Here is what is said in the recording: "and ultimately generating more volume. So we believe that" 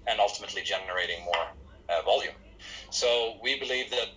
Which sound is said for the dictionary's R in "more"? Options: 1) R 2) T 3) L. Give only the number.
1